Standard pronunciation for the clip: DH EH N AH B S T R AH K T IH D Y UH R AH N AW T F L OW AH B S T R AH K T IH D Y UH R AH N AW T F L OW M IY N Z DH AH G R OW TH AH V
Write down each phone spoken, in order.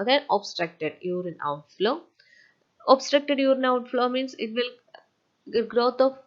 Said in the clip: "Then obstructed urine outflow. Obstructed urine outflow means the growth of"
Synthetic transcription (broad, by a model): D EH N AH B S T R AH K T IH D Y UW R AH N AW T F L OW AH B S T R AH K T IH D Y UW R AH N AW T F L OW M IY N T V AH G R OW T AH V